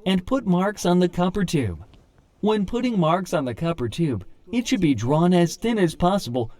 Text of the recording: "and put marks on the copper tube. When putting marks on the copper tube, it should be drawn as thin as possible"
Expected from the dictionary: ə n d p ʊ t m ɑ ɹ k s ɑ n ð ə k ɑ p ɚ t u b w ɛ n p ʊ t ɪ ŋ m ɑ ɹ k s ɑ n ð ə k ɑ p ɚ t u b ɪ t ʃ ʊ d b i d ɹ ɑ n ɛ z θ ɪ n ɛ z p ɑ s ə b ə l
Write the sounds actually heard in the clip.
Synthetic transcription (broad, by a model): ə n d p ʊ t m ɑ ɹ k s n ð ə k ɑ p ɚ t u b w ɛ n p ʊ t ɪ ŋ m ɑ ɹ k s n ð ə k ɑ p ɚ t u b ɪ t ʃ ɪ d b i d ɹ ɑ n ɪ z θ ɪ n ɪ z p ɑ s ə b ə l